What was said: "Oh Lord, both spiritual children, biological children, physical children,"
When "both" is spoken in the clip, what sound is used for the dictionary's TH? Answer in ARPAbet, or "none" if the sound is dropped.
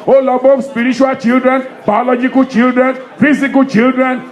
F